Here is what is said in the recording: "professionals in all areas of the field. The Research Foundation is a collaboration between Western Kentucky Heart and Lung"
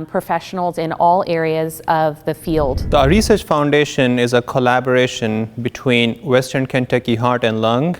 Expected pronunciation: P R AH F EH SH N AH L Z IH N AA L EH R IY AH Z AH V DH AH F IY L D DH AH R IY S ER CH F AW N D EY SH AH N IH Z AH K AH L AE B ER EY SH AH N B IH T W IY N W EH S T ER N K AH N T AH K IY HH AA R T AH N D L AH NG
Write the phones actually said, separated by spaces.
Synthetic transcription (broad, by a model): P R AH F EH SH N L Z IH N AA L EH R IY AH Z AH V DH AH F IY L D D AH R IY S ER CH F AW N D EY SH AH N IH Z AH K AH L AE B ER EY SH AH N B IH T W IY N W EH S T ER N K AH N T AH K IY HH AA R T AH N D L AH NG